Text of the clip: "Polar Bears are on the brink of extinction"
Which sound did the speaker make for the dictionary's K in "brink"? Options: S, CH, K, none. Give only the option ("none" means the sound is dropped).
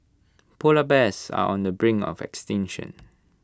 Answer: none